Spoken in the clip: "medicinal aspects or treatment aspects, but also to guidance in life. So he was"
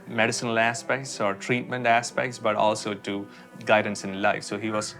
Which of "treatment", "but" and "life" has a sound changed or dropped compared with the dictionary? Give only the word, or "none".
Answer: none